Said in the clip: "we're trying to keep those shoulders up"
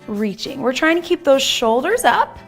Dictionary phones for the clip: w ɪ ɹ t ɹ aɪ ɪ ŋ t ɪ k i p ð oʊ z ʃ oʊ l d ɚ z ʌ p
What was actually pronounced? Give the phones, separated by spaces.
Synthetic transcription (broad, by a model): w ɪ ɹ t ɹ aɪ ɪ ŋ t ɪ k i p ð oʊ z ʃ oʊ l d ɚ z ʌ p